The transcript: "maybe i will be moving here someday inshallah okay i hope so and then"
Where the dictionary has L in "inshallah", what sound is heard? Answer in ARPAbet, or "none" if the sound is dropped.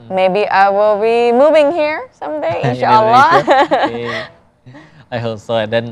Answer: none